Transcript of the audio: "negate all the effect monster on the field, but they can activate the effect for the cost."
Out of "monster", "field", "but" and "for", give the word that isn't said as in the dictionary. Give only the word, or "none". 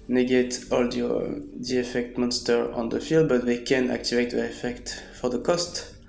none